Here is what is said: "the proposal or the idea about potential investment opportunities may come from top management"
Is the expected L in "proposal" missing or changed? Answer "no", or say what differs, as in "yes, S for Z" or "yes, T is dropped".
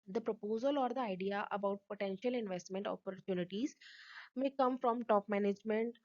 no